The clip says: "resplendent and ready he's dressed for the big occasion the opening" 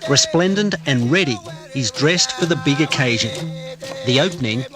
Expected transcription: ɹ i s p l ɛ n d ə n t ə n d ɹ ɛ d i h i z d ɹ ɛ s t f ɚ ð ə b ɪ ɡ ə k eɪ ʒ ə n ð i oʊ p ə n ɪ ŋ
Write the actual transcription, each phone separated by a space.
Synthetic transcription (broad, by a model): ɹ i s p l ɛ n d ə n t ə n ɹ ɛ d i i z d ɹ ɛ s t f ɚ ð ə b ɪ ɡ ə k eɪ ʒ ə n ð i oʊ p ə n ɪ ŋ